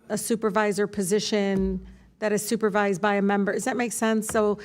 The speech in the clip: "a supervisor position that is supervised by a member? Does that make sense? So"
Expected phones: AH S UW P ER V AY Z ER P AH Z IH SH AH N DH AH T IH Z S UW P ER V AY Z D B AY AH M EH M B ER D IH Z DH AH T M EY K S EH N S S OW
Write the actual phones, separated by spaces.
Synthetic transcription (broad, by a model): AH S UW P ER V AY Z ER P AH Z IH SH AH N DH AH T IH Z S UW P ER V AY Z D B AY AH M EH M B ER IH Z DH AH T M EY K S EH N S S OW